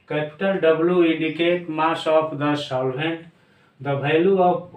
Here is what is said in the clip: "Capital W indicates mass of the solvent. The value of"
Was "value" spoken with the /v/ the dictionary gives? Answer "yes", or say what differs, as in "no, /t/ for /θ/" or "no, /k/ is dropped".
no, /b/ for /v/